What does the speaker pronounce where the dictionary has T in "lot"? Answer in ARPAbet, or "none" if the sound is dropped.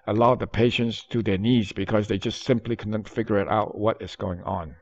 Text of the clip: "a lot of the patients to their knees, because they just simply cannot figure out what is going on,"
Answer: none